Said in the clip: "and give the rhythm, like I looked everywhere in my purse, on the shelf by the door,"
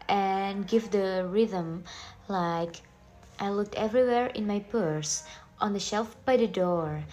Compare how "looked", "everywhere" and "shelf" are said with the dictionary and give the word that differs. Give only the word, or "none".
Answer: none